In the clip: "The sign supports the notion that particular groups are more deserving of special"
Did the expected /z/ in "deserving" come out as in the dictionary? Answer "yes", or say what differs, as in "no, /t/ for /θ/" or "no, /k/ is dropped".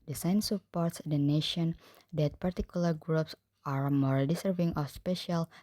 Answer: no, /s/ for /z/